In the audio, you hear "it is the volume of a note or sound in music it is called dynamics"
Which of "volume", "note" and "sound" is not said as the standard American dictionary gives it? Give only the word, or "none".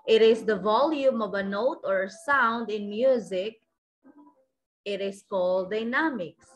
none